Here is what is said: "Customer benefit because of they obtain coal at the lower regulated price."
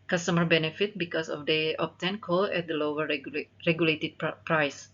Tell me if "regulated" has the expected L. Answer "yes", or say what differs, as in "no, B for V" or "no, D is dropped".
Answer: yes